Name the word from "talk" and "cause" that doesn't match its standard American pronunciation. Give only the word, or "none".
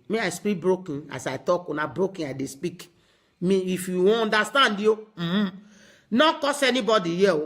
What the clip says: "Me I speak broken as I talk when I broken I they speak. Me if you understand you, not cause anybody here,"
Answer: cause